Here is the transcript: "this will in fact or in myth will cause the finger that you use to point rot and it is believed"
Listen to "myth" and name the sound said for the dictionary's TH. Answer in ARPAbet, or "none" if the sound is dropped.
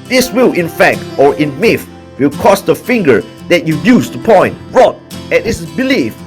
F